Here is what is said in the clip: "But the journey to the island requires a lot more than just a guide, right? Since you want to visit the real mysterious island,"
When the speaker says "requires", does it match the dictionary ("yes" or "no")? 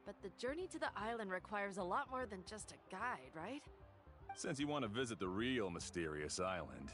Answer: yes